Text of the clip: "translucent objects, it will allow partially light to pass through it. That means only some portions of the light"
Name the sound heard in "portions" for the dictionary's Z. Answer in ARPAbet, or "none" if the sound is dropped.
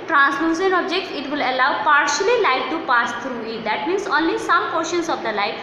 S